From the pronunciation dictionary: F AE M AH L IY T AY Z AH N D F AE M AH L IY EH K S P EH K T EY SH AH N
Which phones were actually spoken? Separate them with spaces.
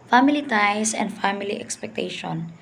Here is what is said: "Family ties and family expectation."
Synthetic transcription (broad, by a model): F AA M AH L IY T AY S AH N D F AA M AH L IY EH K S P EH K T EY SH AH N